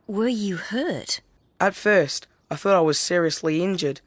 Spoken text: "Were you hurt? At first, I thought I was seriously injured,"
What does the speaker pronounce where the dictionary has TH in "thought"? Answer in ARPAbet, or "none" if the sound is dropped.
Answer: TH